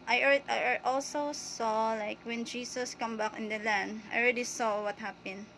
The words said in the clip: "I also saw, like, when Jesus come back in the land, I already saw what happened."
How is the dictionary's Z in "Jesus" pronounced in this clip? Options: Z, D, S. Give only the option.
S